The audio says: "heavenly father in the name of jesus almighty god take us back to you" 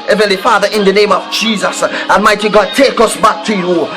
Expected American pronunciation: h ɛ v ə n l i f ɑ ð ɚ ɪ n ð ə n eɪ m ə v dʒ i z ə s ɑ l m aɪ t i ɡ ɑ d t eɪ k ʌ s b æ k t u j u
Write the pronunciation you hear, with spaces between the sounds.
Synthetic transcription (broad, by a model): h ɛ v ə n l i f ɑ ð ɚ ɪ n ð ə n eɪ m ə v dʒ i z ə s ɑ m aɪ t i ɡ ɑ d t eɪ k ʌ s b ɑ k t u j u